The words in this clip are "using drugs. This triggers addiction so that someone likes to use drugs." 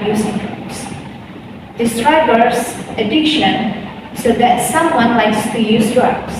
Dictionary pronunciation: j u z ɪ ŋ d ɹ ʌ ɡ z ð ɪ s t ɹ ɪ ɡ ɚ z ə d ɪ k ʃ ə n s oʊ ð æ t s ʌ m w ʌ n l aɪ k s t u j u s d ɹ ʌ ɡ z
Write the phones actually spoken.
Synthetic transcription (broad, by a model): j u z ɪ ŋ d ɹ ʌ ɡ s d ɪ s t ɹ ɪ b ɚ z ə d ɪ k ʃ ə n s oʊ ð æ t s ʌ m w ʌ n l aɪ k s t u j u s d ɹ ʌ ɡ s